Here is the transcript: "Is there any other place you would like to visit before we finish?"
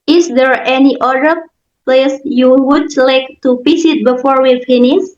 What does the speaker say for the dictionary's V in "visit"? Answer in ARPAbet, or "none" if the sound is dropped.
P